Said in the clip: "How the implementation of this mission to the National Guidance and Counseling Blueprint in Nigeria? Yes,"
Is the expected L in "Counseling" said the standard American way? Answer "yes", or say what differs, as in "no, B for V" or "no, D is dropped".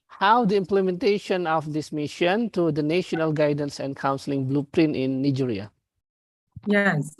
yes